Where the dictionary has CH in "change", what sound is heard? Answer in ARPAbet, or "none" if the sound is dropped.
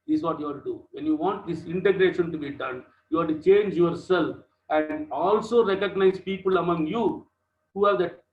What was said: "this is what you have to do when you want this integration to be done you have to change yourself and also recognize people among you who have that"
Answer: CH